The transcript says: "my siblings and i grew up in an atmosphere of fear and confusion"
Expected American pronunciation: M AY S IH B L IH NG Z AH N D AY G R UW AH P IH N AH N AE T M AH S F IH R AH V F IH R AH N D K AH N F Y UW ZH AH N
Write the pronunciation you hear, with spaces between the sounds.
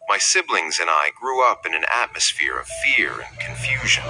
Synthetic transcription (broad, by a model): M AY S IH B L IH NG Z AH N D AY G R UW AH P IH N AH N AE T M AH S F IH R AH V F IH R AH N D K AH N F Y UW ZH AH N